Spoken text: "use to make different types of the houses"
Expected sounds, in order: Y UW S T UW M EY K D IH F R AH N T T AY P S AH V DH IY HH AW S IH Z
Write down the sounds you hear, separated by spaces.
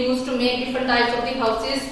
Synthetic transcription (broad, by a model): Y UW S T UW M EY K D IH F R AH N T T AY S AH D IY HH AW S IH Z